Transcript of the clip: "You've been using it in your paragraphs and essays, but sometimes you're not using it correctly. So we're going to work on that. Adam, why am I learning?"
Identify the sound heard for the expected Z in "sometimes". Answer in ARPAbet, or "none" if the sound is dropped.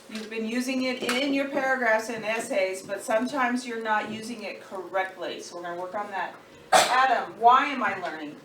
Z